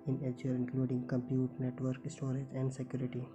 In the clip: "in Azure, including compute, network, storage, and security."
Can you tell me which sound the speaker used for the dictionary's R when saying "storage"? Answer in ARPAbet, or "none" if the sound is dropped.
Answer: R